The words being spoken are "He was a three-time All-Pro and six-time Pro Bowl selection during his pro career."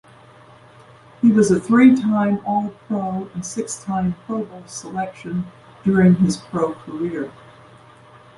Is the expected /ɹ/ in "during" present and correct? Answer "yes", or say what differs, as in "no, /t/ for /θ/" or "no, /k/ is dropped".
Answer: yes